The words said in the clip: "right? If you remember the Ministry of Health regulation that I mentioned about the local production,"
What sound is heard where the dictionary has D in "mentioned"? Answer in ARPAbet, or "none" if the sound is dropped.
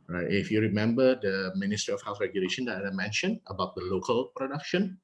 none